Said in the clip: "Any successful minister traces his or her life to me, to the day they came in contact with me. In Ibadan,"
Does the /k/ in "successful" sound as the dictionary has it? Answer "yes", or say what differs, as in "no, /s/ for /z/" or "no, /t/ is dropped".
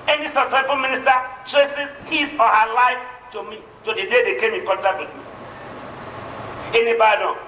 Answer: no, /k/ is dropped